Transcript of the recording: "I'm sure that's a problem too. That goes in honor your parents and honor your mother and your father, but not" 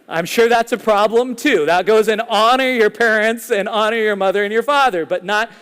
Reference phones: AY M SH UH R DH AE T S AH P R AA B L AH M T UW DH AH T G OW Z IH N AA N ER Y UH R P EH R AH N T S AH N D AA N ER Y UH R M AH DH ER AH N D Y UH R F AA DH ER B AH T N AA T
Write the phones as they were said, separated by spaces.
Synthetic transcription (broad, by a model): AY M SH UH R DH AE T S AH P R AA B L AH M T UW DH AH T G OW Z IH N AA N ER Y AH R P EH R AH N T S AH N AA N ER Y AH R M AH DH ER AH N Y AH R F AA DH ER B AH T N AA T